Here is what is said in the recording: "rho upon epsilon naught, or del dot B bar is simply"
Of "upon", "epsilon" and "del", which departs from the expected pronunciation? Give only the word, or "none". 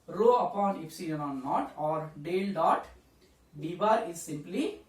epsilon